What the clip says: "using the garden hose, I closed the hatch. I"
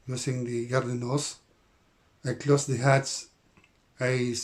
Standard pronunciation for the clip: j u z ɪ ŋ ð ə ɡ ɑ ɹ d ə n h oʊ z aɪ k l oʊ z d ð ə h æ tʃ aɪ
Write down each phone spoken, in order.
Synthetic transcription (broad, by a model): j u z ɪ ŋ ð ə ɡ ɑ ɹ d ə n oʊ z aɪ k l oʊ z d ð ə h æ s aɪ